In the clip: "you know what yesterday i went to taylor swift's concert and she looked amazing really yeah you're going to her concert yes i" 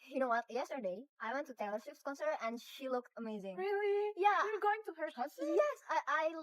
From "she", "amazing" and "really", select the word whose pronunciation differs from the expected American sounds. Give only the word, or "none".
none